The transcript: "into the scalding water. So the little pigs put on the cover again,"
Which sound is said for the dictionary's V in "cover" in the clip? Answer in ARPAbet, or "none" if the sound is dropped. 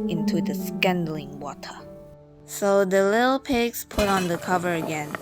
V